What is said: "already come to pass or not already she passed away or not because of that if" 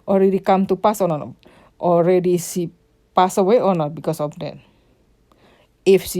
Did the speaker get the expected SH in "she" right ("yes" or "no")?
no